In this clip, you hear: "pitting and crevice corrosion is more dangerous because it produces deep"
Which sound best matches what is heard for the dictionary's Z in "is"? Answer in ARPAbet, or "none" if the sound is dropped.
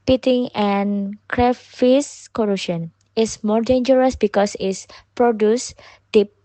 S